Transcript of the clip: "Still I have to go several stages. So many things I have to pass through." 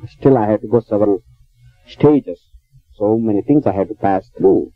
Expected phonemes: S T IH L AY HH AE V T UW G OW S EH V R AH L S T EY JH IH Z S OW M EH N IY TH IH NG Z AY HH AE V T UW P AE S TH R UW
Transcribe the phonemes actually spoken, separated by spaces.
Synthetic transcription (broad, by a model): S T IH L AY HH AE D T UW G OW S EH V R AH L S T EY JH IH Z S OW M EH N IY T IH NG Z AY HH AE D T UW P AE S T R UW